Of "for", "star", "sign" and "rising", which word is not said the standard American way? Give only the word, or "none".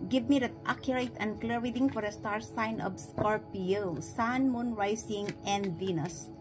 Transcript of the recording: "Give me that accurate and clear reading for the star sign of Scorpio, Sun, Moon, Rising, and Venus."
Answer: rising